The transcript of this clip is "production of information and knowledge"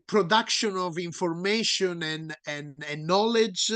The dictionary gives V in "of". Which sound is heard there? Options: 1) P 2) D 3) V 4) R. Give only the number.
3